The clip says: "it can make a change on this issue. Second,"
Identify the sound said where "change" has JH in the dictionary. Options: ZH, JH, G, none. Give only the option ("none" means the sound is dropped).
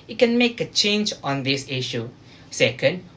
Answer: JH